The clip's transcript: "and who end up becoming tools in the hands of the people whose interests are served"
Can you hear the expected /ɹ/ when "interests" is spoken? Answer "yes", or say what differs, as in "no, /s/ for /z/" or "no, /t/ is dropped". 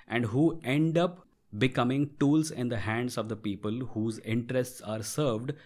yes